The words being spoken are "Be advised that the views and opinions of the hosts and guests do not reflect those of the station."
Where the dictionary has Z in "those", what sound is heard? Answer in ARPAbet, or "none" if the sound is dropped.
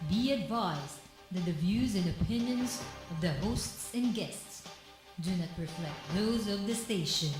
Z